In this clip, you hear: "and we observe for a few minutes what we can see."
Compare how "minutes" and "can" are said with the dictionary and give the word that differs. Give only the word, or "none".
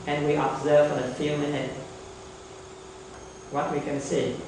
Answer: minutes